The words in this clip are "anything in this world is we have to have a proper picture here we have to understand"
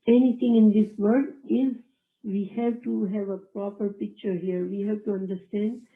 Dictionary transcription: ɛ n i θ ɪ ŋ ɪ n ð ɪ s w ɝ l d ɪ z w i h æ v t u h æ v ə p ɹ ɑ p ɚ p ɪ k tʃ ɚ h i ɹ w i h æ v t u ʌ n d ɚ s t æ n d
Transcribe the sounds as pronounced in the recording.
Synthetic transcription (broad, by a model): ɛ n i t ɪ ŋ ɪ n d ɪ s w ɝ d ɪ z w i h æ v t u h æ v ə p ɹ ɑ p ɚ p ɪ k tʃ ɚ h i ɹ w i h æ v t u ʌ n d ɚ s t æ n d